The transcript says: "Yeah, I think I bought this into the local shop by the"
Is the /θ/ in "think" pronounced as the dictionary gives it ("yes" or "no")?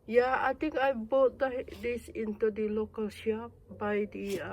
no